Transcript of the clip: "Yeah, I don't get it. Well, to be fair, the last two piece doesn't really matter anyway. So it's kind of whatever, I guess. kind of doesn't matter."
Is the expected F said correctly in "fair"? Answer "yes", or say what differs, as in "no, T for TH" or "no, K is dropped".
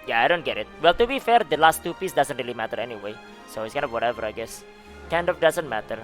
yes